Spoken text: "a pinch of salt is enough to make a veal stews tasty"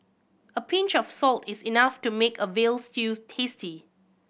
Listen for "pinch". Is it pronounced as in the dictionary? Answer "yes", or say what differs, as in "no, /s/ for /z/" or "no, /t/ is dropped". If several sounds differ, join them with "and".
yes